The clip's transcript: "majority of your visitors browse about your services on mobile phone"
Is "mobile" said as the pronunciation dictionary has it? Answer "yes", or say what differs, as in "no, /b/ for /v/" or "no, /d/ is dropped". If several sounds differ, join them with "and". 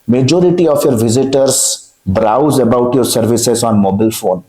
yes